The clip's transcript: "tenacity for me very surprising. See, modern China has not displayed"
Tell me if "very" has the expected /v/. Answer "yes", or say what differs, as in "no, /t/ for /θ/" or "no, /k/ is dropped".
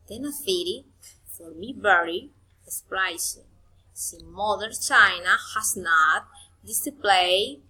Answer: no, /b/ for /v/